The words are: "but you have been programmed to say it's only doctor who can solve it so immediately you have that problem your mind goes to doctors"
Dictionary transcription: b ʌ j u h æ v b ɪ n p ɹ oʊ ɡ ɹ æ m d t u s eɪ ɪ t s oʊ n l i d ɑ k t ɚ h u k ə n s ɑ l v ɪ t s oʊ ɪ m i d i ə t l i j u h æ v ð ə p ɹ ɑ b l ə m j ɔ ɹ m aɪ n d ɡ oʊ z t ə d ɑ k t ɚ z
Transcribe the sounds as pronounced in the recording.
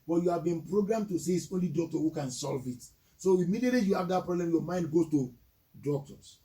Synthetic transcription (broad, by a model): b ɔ j u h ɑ v b ɪ n p ɹ oʊ ɡ ɹ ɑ m t u s eɪ ɪ t s oʊ n l i d ɑ k t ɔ h u k ə n s ɑ l v ɪ t s oʊ ɪ m i d i ə t l i j u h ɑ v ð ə p ɹ ɑ b l ə m j ɔ m aɪ n d ɡ oʊ t ə d ɑ k t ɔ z